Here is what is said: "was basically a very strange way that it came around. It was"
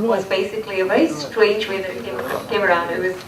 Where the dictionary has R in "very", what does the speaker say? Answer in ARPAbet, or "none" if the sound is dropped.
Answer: none